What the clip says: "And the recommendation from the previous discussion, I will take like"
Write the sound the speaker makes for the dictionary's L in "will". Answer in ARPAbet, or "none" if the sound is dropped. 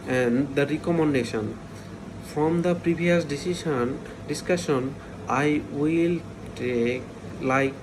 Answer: L